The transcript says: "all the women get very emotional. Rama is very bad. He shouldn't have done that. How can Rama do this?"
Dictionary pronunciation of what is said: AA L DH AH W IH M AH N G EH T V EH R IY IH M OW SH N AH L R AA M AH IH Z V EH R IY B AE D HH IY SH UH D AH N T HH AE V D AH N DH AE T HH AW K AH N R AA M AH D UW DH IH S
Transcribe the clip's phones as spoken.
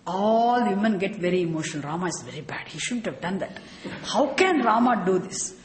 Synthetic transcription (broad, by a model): AA L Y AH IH M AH N G EH T V EH R IY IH M OW SH AH N R AA M AH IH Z V EH R IY B AE D HH IY SH UH D AH N T HH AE V D AH N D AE T HH AW K AH N R AA M AH D UW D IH S